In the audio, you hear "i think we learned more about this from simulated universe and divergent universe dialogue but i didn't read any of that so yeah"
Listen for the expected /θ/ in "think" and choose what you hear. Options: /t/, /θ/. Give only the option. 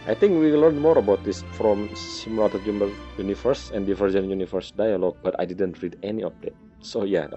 /t/